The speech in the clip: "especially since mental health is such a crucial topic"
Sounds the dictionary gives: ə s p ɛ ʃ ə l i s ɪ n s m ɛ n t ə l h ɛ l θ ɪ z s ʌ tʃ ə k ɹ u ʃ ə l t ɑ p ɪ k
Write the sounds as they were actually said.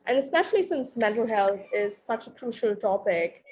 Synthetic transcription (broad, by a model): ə s p ɛ ʃ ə l i s ɪ n s m ɛ n t ə l h ɛ l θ ɪ z s ʌ tʃ ə k ɹ u ʃ ə l t ɑ p ɪ k